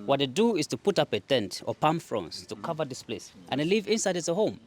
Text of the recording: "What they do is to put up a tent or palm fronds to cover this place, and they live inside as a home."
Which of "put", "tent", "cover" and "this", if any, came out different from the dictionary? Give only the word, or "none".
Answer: none